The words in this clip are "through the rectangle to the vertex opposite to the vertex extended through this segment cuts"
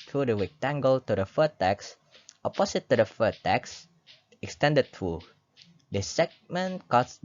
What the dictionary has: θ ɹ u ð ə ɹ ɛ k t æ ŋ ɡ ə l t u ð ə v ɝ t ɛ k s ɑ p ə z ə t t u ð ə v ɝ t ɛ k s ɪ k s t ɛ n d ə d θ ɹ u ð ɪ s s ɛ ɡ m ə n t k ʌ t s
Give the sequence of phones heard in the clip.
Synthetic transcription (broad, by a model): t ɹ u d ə w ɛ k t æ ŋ ɡ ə l t u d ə f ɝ t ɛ k s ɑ p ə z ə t t u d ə f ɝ t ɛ k s ɪ k s t ɛ n d ə d t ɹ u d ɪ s s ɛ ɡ m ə n k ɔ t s